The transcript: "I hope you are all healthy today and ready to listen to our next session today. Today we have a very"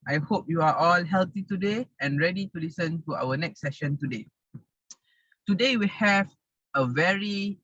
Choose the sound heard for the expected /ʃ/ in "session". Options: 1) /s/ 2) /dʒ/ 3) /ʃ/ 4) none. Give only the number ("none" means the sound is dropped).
3